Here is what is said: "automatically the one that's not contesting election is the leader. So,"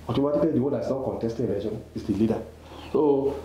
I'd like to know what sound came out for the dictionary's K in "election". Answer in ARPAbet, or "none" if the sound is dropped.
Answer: none